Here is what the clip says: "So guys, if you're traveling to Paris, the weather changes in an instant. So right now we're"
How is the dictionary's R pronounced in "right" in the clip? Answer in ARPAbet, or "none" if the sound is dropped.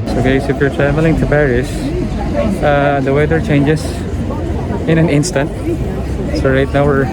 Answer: R